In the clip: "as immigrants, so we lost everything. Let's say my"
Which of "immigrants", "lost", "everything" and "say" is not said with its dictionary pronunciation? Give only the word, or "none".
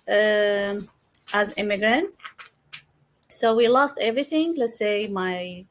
none